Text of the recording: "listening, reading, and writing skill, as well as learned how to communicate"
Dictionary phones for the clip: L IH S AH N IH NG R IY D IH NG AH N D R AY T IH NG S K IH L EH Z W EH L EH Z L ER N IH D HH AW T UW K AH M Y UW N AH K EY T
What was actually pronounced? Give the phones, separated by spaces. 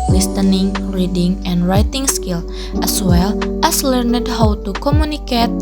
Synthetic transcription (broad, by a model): L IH S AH N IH NG R IY D IH NG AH N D R AY T IH NG S K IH L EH S W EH L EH S L ER N IH D HH AW T UW K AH M Y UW N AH K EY T